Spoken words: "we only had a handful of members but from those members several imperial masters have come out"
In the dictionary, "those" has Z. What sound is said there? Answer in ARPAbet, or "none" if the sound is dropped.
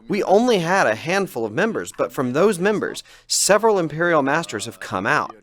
Z